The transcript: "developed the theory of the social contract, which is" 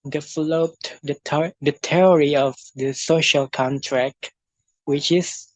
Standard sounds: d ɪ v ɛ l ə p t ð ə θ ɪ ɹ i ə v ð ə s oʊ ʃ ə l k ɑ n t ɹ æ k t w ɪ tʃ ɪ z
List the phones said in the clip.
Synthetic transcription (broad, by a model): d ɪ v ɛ l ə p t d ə t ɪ ɹ i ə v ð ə s oʊ ʃ ə l k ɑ n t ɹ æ k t w ɪ tʃ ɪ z